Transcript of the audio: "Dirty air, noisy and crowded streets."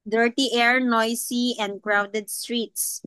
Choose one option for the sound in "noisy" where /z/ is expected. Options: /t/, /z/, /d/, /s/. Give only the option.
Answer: /s/